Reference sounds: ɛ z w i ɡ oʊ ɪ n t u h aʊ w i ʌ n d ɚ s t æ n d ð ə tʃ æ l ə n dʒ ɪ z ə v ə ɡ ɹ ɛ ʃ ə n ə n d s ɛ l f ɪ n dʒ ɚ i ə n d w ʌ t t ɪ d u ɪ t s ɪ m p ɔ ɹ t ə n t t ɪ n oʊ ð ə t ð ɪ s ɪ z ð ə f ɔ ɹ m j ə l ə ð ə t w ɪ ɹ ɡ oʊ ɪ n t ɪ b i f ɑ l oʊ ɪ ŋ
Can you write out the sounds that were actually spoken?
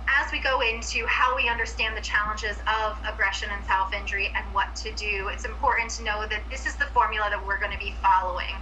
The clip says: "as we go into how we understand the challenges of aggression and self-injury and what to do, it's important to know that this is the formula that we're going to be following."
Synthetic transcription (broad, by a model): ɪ z w i ɡ oʊ ɪ n t u h aʊ w i ʌ n d ɚ s t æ n ð ə tʃ æ l ə n dʒ ɪ z ə v ə ɡ ɹ ɛ ʃ ə n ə n s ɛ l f ɪ n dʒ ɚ i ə n w ʌ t t ɪ d u ɪ t s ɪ m p ɔ ɹ t n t t ɪ n oʊ ð ə t ð ɪ s ɪ z ð ə f ɔ ɹ m j l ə ð ə t w ɪ ɹ ɡ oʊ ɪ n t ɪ b i f ɑ l oʊ ɪ ŋ